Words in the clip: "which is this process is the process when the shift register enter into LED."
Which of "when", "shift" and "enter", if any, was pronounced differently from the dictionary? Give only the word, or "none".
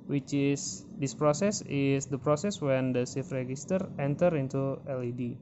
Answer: shift